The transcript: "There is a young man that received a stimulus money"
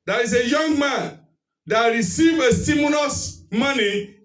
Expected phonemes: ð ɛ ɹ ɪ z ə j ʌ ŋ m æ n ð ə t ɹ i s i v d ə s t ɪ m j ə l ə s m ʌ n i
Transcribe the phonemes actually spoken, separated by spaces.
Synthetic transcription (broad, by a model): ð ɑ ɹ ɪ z ə j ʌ ŋ m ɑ n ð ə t ɹ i s i v ə s t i m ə n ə s m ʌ n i